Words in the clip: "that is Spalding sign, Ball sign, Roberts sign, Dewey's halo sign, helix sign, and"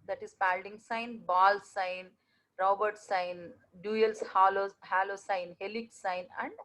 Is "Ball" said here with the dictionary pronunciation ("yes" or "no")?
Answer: yes